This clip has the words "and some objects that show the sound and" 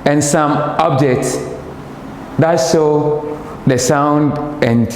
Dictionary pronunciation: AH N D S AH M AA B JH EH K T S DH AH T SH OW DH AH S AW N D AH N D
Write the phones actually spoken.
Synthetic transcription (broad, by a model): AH N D S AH M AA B JH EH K T S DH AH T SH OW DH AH S AW N D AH N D